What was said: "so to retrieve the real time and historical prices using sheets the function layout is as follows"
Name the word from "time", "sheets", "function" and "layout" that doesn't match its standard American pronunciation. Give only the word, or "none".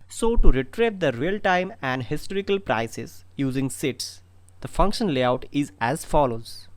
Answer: sheets